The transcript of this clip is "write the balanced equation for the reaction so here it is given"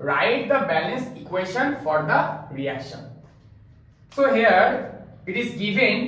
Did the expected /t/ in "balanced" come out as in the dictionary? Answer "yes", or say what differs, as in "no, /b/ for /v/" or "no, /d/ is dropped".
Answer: no, /t/ is dropped